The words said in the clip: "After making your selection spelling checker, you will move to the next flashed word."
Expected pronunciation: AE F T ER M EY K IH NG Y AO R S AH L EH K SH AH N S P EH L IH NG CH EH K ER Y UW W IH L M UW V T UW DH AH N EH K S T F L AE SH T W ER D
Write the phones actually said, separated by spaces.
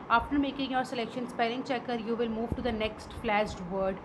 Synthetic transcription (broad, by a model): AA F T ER M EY K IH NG Y AO R S AH L EH K SH AH N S P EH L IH NG CH EH K ER Y UW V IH L M UW V T UW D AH N EH K S T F L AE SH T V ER D